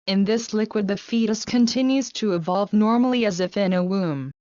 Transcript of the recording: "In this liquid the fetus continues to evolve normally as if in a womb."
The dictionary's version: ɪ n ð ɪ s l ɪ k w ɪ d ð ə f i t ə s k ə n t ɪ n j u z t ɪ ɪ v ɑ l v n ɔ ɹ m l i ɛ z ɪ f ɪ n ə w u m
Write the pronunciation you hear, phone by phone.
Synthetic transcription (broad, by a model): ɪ n ð ɪ s l ɪ k w ɪ d ð ə f i t ə s k ə n t ɪ n j u z t ɪ ɪ v ɑ l v n ɔ ɹ m l i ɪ z ɪ f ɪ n ə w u m